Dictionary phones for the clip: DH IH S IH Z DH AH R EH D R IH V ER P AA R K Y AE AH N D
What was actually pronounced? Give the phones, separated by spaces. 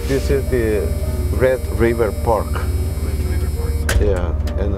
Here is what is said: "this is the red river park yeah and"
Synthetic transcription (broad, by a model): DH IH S IH Z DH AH R EH D R IH V ER P AA R K Y AE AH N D